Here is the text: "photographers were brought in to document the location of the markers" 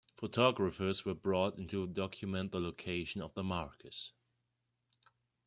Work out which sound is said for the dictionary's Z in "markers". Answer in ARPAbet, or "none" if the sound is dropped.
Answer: S